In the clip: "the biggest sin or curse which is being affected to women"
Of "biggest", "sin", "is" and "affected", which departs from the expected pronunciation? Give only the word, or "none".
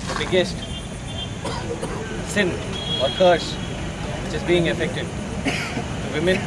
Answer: none